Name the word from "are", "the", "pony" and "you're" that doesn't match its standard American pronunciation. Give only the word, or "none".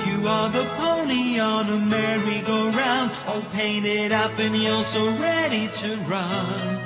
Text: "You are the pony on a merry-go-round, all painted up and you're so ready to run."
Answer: you're